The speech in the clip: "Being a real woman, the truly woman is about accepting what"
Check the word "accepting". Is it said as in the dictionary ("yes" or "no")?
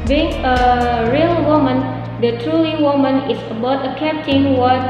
no